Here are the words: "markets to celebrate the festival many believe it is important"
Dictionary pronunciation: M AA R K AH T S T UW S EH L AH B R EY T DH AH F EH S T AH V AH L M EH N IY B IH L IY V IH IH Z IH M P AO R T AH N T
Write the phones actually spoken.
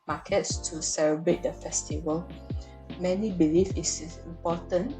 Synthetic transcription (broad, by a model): M AA K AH T S T UW S EH L AH B R EY T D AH F EH S T AH V AH L M EH N IY B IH L IY F IH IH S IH M P AO T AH N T